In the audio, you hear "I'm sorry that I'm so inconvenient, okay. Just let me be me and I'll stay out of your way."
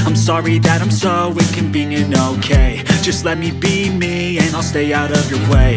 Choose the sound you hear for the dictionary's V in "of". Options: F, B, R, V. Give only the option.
V